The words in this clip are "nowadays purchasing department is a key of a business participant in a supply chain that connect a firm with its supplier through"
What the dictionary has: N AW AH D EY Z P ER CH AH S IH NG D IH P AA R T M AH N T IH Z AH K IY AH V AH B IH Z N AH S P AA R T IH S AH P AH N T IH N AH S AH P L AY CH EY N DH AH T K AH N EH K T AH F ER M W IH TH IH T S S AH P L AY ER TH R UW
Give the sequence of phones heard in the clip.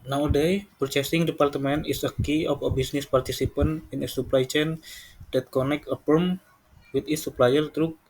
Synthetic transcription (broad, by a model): N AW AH D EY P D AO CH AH S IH NG D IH P AA R T M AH N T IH S AH K IY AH F AH B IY S N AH S P AA R T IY S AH P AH N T IH N AH S AH P L AY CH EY N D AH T K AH N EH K AH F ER M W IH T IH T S S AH P L AY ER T R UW